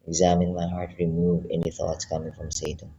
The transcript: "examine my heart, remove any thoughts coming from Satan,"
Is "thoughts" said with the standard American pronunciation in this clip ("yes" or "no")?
yes